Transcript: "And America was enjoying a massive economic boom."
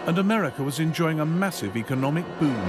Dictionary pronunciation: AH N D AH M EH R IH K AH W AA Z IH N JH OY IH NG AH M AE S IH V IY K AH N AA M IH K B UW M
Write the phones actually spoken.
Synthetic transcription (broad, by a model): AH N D AH M EH R IH K AH W AA Z IH N JH OY IH NG AH M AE S IH V IY K AH N AA M IH K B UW